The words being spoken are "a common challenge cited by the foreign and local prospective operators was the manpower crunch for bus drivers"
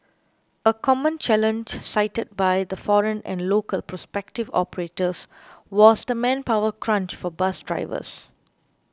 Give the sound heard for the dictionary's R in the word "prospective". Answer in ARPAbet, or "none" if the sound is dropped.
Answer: R